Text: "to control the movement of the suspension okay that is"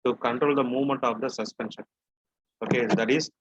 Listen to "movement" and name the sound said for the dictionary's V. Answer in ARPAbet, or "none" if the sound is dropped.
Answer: V